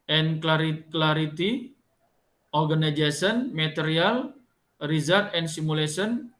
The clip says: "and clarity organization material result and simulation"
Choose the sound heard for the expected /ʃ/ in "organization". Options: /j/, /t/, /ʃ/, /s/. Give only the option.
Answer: /s/